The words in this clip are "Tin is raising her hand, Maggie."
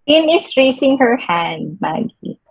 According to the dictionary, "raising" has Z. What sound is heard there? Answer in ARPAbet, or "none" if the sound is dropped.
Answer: S